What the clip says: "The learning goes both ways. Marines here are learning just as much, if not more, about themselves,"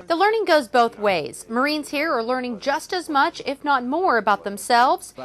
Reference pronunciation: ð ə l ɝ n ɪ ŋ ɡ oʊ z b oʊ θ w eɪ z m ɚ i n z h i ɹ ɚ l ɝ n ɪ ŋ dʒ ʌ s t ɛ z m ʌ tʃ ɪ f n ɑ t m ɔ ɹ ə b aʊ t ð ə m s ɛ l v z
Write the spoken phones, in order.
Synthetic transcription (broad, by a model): ð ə l ɝ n ɪ ŋ ɡ oʊ z b oʊ θ w eɪ z m ɚ i n z h i ɹ ɚ l ɝ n ɪ ŋ dʒ ʌ s t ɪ z m ʌ tʃ ɪ f n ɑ t m ɔ ɹ ə b aʊ t ð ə m s ɛ l v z